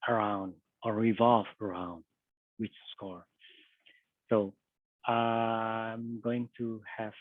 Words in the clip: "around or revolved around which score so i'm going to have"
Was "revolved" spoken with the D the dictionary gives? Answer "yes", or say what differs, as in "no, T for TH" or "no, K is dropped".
no, D is dropped